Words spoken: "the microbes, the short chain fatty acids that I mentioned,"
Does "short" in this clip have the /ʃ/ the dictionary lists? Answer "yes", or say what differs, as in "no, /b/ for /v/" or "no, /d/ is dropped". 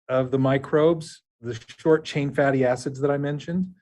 yes